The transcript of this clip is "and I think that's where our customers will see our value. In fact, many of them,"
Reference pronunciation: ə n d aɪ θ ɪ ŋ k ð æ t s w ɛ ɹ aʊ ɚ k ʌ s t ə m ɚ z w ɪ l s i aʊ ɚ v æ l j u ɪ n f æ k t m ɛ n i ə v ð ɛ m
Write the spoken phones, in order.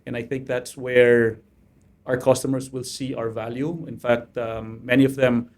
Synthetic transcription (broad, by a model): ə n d aɪ θ ɪ ŋ k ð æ t s w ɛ ɹ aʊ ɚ k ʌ s t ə m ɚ s w ɪ l s i aʊ ɚ v æ l j u ɪ n f æ k t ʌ ɛ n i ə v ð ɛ m